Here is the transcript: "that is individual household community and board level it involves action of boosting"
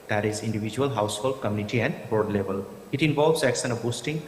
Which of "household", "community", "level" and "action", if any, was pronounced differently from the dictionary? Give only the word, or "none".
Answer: action